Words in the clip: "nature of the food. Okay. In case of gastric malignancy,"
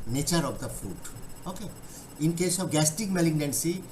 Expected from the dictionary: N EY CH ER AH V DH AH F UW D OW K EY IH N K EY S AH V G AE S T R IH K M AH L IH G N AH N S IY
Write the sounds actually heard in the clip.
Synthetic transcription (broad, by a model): N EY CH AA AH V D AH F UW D OW K EY IH N K EY S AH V G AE S T IH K M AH L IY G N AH N S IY